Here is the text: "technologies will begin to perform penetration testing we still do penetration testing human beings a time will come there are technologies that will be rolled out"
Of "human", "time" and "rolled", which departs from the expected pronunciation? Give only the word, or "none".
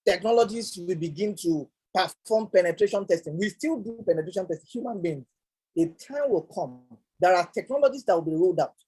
none